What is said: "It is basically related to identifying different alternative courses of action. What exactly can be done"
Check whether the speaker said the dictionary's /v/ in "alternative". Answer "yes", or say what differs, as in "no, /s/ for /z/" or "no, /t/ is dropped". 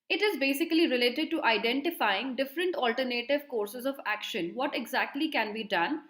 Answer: yes